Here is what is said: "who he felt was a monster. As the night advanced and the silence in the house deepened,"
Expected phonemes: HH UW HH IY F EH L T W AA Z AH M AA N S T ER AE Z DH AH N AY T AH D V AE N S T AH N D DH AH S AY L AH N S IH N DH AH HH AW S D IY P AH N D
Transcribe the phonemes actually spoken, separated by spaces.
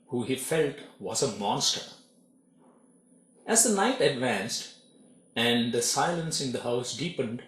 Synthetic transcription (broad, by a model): HH UW HH IY F EH L T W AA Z AH M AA N S T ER AE Z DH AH N AY T AH D V AE N S T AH N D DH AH S AY L AH N S IH N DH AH HH AW S D IY P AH N D